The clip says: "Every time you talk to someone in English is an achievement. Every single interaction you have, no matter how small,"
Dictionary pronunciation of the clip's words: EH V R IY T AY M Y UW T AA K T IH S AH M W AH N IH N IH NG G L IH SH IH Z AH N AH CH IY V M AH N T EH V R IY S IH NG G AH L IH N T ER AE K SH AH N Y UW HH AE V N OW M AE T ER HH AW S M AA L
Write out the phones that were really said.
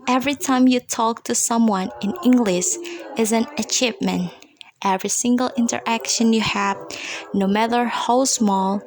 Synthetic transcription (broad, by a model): EH V R IY T AY M Y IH T AA K T IH S AH M W AH N IH N IH NG G L IH SH IH Z AH N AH CH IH P M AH N T EH V R IY S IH NG G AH L IH N T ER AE K SH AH N Y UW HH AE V N OW M AE T ER HH AW S M AA L